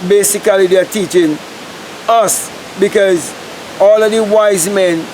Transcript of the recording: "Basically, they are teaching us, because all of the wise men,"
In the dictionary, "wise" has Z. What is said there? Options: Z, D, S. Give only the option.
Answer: Z